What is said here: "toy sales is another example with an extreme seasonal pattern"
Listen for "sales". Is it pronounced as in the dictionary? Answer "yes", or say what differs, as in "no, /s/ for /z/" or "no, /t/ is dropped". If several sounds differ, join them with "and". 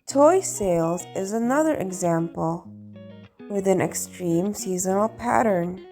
yes